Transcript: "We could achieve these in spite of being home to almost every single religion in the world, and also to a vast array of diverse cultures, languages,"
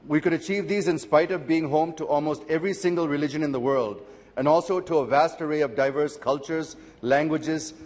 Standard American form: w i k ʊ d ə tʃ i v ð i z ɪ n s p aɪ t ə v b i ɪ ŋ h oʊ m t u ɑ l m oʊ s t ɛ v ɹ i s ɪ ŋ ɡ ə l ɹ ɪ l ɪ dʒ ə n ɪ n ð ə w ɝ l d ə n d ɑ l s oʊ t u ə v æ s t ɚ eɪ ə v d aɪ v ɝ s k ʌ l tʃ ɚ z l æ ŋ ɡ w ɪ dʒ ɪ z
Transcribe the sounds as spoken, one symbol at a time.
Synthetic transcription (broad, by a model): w i k ʊ d ə tʃ i v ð i z ɪ n s p aɪ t ə v b i ɪ ŋ h oʊ m t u ɑ l m oʊ s t ɛ v ɹ i s ɪ ŋ ɡ ə l ɹ ɪ l ɪ dʒ ə n ɪ n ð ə w ɝ l d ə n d ɑ l s oʊ t u ə v æ s t ɚ eɪ ə v d aɪ v ɝ s k ʌ l tʃ ɚ z l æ ŋ ɡ w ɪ dʒ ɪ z